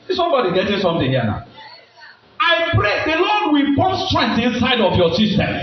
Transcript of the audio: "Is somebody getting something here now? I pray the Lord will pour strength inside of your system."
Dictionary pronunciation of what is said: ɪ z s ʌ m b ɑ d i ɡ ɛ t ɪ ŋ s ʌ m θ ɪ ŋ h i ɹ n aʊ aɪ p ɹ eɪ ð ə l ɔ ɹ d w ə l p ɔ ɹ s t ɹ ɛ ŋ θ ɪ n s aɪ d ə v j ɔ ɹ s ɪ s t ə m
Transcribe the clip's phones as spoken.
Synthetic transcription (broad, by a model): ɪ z s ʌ m b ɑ d i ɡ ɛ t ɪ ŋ s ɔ m t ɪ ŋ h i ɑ n aʊ aɪ p ɹ eɪ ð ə l ɔ d w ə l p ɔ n s t ɹ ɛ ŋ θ ɪ n s aɪ d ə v j ɔ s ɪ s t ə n